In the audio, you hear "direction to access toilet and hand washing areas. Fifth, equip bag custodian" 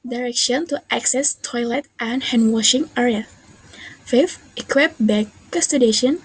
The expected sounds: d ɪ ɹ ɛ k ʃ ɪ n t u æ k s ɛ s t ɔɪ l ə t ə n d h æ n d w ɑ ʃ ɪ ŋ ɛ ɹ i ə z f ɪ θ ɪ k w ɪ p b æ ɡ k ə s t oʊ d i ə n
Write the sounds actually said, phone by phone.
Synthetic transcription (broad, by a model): d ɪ ɹ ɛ k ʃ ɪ n t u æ k s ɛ s t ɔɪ l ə t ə n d h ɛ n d w ɑ ʃ ɪ ŋ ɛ ɹ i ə f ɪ f ɪ k w ɪ p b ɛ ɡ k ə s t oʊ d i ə n